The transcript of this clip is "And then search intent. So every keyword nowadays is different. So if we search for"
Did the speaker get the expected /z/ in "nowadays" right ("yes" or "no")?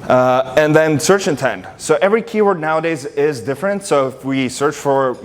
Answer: yes